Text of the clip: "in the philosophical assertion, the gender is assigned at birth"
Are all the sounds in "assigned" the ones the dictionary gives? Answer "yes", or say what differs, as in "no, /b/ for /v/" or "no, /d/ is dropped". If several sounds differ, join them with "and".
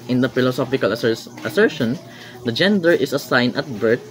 no, /d/ is dropped